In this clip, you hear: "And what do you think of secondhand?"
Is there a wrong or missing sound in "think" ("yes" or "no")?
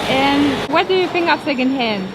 yes